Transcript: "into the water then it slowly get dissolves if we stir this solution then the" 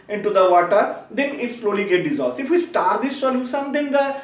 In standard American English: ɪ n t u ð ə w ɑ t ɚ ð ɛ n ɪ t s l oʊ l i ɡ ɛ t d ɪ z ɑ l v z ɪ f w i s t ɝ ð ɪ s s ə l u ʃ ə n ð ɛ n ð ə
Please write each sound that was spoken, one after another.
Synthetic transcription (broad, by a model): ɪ n t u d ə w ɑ t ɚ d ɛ n ɪ t s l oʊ l i ɡ ɛ t d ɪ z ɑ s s ɪ f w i s t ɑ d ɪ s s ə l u s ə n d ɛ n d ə